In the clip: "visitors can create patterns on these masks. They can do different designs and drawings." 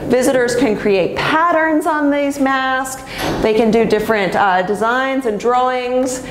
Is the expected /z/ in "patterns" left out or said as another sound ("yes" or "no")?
no